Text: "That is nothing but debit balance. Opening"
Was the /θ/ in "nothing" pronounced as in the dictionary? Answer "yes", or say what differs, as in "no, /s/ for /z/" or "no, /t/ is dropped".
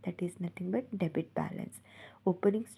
no, /t/ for /θ/